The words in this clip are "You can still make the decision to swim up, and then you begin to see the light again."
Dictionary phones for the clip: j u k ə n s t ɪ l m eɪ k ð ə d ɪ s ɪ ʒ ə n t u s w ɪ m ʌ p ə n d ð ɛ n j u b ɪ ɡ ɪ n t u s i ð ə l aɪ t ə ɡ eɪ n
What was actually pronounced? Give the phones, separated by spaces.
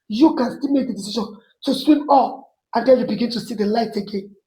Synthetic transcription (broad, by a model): j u k ə n s t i l m eɪ k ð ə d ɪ s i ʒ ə n t u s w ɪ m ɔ f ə n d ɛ l j u b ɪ ɡ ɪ n t u s i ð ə l aɪ t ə ɡ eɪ n